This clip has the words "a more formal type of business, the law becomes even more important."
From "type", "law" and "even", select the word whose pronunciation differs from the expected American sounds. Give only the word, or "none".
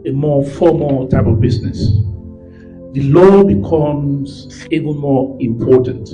even